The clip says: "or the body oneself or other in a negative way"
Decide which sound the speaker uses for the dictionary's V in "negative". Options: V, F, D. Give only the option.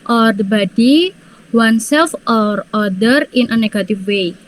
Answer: F